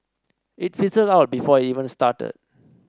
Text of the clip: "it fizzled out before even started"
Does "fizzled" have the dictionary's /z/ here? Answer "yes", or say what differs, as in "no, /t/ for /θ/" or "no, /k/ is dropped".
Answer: no, /s/ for /z/